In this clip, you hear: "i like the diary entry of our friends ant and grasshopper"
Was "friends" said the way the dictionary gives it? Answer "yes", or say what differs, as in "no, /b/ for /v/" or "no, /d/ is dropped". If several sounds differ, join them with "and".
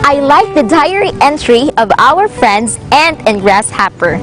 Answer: yes